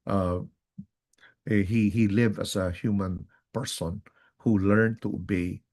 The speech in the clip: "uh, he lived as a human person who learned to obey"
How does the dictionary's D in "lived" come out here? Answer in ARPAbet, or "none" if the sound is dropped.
none